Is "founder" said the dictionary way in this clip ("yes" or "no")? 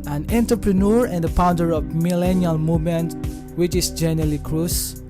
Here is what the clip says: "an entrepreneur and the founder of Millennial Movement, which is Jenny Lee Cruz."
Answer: no